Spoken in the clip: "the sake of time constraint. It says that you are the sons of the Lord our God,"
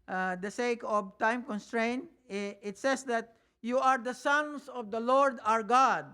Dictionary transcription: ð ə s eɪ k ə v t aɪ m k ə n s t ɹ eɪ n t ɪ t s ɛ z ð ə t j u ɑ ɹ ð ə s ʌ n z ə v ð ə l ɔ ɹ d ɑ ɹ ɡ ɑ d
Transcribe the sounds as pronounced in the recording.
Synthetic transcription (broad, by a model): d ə s eɪ k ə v t aɪ m k ə n s t ɹ eɪ n t ɪ t s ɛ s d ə t j u ɑ ɹ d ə s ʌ n s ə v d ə l ɔ ɹ d ɑ ɹ ɡ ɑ d